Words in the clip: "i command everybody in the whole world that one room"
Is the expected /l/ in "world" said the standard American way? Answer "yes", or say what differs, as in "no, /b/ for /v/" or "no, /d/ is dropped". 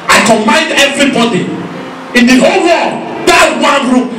no, /l/ is dropped